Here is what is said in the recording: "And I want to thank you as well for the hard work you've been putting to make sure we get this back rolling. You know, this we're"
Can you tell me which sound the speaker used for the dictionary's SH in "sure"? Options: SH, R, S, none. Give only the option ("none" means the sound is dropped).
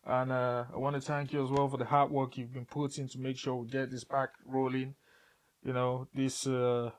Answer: SH